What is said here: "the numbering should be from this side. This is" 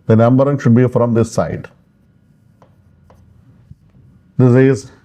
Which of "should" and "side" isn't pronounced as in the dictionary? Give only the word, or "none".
none